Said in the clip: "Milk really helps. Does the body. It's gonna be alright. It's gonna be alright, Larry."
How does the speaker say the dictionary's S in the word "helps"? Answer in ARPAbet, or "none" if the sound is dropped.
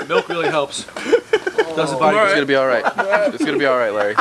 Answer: S